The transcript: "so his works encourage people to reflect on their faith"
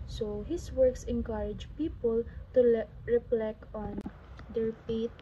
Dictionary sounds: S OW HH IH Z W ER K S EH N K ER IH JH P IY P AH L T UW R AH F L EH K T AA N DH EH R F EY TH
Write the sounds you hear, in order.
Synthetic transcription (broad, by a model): S OW HH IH S W ER K S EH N K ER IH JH P IY P AH L T UW R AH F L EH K AA N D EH R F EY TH